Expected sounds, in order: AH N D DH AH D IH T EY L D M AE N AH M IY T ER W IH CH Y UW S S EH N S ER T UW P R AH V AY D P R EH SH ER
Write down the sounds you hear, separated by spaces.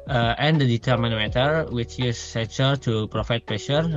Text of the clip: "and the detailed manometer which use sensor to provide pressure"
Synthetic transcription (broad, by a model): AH N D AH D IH T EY D M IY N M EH T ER W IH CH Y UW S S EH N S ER T UW P R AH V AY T P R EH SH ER